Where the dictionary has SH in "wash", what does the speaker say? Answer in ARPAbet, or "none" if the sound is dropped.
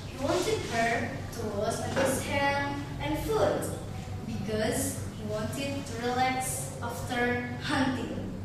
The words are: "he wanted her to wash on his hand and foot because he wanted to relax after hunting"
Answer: S